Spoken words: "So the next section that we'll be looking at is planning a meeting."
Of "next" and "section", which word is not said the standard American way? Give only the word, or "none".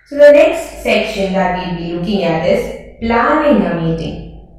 none